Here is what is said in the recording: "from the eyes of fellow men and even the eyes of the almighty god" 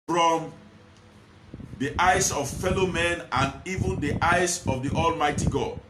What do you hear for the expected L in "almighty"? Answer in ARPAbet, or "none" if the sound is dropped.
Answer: L